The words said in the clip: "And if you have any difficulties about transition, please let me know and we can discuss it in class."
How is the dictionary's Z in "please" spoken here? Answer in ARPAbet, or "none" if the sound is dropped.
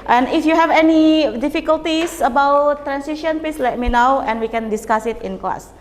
S